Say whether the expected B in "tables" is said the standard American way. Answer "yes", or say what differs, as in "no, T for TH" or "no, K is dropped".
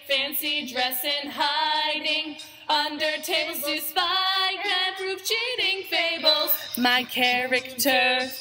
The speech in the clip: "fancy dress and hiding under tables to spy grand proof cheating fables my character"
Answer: no, B is dropped